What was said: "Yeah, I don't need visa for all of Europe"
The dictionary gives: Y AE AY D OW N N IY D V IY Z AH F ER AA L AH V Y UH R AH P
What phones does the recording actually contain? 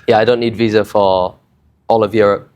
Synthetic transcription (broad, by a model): Y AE AY D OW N N IY D V IY Z AH F ER AA L AH V Y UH R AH P